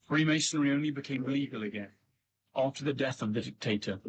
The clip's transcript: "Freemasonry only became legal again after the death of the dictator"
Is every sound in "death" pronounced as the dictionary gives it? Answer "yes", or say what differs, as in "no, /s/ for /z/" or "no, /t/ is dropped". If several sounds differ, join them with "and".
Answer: yes